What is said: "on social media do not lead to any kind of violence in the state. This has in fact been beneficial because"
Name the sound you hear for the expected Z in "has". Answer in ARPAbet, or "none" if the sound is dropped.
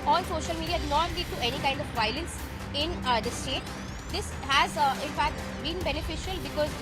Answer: Z